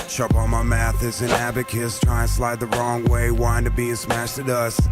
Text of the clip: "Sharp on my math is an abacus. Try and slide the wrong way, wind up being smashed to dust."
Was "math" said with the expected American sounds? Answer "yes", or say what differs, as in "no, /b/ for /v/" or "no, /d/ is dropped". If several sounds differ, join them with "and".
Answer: yes